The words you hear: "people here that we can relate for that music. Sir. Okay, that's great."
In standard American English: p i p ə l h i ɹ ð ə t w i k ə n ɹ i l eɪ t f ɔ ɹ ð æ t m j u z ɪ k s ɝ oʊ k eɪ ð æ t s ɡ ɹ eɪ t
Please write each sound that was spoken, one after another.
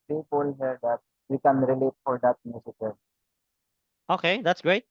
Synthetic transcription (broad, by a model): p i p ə l h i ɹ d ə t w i k ə n ɹ i l eɪ t f ɔ ɹ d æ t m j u s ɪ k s oʊ k eɪ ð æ t s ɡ ɹ eɪ t